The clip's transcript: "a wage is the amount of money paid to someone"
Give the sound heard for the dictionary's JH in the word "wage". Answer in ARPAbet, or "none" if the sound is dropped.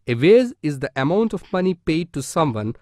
Z